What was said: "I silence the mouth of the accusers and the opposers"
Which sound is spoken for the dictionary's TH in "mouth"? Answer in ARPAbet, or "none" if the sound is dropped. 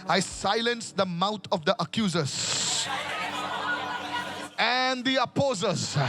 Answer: T